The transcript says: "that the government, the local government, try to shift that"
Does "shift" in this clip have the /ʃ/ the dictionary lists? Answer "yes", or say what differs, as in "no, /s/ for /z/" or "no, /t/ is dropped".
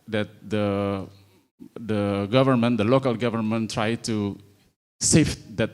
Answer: no, /s/ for /ʃ/